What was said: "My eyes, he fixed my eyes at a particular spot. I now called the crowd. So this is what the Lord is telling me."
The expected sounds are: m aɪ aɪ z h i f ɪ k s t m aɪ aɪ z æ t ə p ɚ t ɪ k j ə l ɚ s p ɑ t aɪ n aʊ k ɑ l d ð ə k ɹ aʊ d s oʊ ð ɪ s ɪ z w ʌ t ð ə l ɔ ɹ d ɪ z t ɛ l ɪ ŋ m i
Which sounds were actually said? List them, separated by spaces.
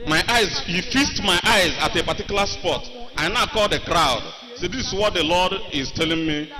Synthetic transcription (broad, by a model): m aɪ aɪ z h i f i s t m aɪ aɪ z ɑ t ə p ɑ t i k j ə l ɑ s p ɑ t aɪ n aʊ k ɑ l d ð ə k ɹ aʊ d s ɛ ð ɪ s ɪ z w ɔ t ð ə l ɔ d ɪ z t ɛ l ɪ ŋ m i